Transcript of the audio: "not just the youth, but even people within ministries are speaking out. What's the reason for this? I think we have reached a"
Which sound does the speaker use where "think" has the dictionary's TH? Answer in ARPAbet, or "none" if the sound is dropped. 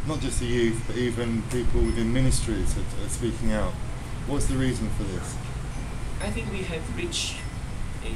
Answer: TH